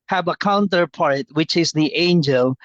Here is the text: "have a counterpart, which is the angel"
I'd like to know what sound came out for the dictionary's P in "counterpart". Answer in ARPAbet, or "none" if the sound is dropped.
P